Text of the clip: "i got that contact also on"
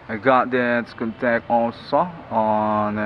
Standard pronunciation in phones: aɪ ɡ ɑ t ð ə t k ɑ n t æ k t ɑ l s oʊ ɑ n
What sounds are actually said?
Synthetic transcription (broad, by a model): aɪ ɡ ɑ t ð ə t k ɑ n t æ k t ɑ n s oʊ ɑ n